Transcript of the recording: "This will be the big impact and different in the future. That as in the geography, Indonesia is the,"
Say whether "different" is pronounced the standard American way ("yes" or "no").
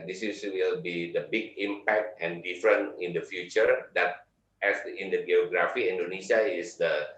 no